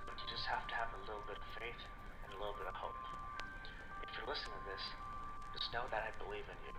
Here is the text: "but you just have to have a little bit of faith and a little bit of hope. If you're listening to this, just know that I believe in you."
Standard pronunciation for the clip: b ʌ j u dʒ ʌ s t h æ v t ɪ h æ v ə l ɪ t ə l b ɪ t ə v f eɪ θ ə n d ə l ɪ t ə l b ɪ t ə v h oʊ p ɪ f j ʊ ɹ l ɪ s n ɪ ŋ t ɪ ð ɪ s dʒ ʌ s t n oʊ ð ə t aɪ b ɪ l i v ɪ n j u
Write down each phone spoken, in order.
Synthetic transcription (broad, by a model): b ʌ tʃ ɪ dʒ ʌ s t h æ f t ɪ v ə l ɪ t l b ɪ t ə v f eɪ θ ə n ə l ɪ t l b ɪ t ə v h oʊ p ɪ f j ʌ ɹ l ɪ s ɪ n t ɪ ð ɪ s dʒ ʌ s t n oʊ ð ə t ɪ b ɪ l i v ɪ n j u